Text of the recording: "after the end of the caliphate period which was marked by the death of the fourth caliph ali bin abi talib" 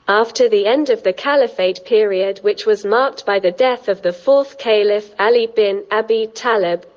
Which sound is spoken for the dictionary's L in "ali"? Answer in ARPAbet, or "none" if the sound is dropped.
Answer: L